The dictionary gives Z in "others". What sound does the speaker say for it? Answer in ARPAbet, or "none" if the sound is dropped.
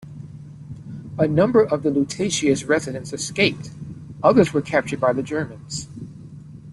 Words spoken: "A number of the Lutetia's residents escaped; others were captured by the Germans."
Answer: Z